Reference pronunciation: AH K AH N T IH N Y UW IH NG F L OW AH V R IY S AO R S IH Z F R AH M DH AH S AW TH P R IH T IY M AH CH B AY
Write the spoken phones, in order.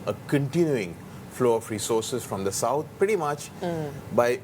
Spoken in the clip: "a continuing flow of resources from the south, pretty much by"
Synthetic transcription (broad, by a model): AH K AH N T IH N Y UW IH NG F L OW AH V R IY S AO R S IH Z F R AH M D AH S AW T P R IH T IY M AH CH B AY